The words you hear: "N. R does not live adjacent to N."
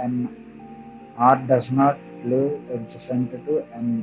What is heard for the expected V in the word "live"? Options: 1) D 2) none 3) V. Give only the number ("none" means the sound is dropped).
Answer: 2